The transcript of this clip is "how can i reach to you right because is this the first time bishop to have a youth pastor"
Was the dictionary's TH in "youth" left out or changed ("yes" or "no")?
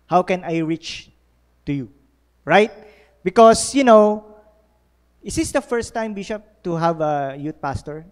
yes